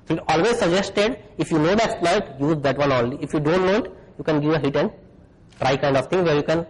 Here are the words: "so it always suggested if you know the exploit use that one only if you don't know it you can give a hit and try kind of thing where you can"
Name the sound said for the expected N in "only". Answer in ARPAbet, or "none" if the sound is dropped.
L